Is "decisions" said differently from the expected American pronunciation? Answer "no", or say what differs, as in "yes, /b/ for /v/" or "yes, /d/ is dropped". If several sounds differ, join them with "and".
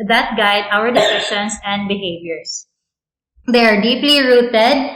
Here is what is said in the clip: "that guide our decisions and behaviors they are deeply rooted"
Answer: yes, /ʃ/ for /ʒ/ and /s/ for /z/